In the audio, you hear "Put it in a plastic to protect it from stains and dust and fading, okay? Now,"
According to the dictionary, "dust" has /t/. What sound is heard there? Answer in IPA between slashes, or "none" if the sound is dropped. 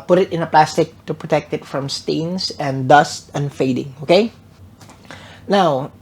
/t/